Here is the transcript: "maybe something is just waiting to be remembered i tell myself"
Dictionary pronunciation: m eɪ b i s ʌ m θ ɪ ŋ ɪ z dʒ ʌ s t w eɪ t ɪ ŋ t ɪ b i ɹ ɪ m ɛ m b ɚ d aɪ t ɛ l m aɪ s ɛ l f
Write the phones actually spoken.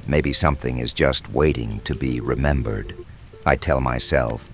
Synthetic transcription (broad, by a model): m eɪ b i s ʌ m θ ɪ ŋ ɪ z dʒ ʌ s t w eɪ t ɪ ŋ t ɪ b i ɹ ɪ m ɛ m b ɚ d aɪ t ɛ l m aɪ s ɛ l f